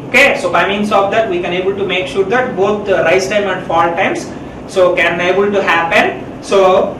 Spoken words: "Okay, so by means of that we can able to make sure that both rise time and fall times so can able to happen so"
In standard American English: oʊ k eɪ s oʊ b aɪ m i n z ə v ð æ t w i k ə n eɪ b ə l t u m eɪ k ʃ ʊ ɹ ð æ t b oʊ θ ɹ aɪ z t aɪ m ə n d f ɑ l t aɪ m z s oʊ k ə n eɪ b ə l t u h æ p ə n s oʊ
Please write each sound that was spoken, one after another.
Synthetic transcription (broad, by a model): oʊ k eɪ s oʊ b aɪ m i n s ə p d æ t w i k ə n eɪ b ə l t u m eɪ k ʃ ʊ ɹ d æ t b oʊ t ɹ aɪ s t aɪ m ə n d f ɑ l t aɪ m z s oʊ k ə n eɪ b ə l t u h æ p ə n s oʊ